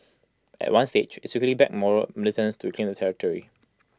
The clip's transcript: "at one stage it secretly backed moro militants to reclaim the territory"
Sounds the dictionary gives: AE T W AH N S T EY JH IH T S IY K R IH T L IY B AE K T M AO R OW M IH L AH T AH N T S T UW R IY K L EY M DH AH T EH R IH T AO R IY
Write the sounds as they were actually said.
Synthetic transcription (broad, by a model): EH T W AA N S T EY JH IH T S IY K IH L IY B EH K M AO R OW M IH L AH T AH N S T UW R IY K L EY M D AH T EH R IH T AO R IY